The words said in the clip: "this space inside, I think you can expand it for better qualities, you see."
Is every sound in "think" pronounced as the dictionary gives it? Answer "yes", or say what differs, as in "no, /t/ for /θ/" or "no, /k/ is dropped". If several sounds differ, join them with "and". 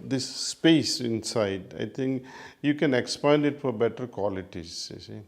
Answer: no, /t/ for /θ/